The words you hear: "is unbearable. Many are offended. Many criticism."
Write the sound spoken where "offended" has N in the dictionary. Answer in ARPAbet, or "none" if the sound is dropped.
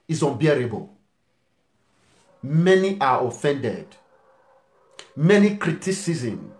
N